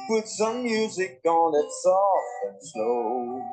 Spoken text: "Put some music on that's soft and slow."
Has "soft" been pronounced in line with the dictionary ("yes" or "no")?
no